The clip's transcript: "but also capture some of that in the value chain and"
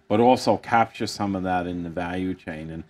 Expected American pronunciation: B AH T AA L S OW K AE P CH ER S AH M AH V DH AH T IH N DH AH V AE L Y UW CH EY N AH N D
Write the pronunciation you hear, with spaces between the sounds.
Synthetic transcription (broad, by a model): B AH T AA L S OW K AE P CH ER S AH M AH V DH AH T IH N DH AH V AE L Y UW CH EY N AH N